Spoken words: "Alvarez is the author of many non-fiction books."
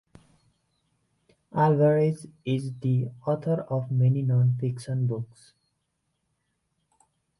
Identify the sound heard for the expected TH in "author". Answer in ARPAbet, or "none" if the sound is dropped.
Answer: T